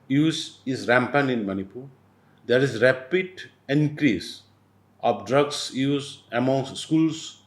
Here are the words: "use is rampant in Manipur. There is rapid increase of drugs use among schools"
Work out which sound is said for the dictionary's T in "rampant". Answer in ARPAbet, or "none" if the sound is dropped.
none